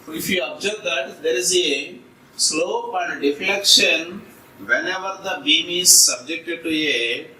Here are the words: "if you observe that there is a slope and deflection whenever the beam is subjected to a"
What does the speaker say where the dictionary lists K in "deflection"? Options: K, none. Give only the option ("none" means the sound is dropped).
K